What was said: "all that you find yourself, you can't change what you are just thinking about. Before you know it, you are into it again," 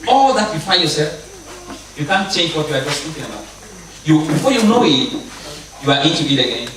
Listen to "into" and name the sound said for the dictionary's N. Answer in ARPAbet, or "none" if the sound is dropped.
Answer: none